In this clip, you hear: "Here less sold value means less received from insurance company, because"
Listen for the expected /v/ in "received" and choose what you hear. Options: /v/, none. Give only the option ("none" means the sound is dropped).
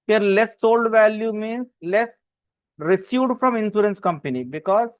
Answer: none